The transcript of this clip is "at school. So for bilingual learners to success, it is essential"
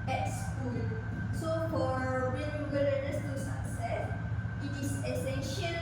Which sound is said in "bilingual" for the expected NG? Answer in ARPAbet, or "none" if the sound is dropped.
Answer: none